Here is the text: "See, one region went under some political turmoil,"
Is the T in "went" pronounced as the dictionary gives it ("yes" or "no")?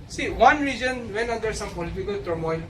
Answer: no